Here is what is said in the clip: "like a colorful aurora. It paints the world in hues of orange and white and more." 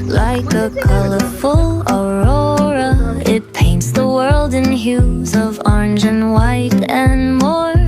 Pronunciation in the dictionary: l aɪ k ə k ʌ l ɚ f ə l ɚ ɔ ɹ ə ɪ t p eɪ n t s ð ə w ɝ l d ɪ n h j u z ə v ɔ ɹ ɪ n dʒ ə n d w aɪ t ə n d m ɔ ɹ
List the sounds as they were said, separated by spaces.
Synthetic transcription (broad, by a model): l aɪ k ə k ʌ l ɚ f ə l ɚ ɔ ɹ ə ɪ t p eɪ n t s ð ə w ɝ l d ɪ n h j u z ə v ɔ ɹ ɪ n dʒ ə n w aɪ t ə n m ɔ ɹ